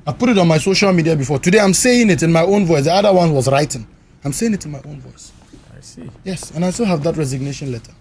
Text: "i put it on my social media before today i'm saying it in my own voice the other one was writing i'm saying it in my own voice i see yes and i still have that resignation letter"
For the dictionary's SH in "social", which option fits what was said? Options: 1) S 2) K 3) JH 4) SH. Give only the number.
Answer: 4